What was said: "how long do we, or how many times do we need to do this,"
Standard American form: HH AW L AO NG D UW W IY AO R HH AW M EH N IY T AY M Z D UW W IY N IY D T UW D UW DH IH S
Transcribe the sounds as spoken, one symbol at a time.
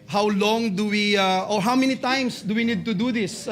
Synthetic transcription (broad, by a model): HH AW L AO NG D UW W IY AO R HH AW M EH N IY T AY M S D UW W IY N IY D T UW D UW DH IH S